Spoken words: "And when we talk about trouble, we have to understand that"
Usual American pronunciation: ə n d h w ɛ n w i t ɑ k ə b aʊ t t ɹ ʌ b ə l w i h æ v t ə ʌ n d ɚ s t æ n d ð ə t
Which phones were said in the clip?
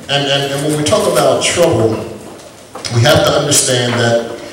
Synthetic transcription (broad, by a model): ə n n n w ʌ n w i t ɑ k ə b aʊ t t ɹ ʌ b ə l w i h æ f t ə ʌ n d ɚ s t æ n ð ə t